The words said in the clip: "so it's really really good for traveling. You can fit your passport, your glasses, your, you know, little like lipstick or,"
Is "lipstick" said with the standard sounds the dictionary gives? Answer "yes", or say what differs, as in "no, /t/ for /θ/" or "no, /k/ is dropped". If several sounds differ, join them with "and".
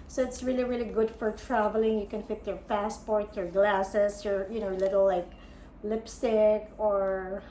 yes